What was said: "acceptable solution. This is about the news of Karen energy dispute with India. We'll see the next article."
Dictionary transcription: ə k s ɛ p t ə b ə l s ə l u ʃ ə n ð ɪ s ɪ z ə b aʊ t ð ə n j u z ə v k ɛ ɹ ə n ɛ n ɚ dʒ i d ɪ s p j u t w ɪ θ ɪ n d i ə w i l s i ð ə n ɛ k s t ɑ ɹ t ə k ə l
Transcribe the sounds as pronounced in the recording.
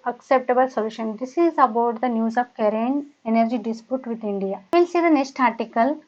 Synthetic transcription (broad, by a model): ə k s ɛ p t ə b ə l s ə l u ʃ ə n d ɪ s ɪ z ə b aʊ t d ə n j u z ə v k ɛ ɹ ə n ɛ n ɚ dʒ i d ɪ s p j u t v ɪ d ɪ n d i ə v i l s i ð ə n ɛ k s t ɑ ɹ t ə k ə l